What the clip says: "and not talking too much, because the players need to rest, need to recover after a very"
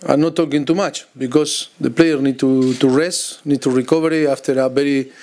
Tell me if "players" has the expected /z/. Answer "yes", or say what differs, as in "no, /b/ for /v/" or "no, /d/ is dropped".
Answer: no, /z/ is dropped